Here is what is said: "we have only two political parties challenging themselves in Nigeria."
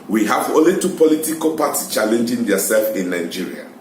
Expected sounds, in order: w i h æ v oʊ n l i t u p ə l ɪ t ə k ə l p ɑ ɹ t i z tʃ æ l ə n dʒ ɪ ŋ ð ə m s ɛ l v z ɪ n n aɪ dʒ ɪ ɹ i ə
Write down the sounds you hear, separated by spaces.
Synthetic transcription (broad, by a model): w i h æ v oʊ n l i t u p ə l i t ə k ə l p ɑ t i s tʃ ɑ l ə n dʒ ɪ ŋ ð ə s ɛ l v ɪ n n aɪ dʒ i ɹ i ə